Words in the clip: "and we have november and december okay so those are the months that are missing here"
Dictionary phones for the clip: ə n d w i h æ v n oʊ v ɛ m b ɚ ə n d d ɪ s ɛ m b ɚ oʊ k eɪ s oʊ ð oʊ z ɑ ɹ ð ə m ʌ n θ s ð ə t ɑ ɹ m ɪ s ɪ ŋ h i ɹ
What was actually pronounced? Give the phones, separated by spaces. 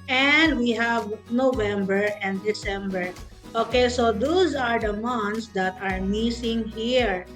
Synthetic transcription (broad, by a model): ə n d w i h æ v n oʊ v ɛ m b ɚ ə n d d ɪ s ɛ m b ɚ oʊ k eɪ s oʊ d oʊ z ɑ ɹ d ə m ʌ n t s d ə t ɑ ɹ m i s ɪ ŋ h i ɹ